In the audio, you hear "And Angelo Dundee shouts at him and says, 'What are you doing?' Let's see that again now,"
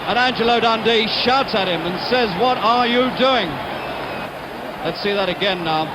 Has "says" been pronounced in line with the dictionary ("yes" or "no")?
yes